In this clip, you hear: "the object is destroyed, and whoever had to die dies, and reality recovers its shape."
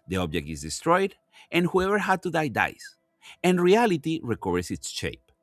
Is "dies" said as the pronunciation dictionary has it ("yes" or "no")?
no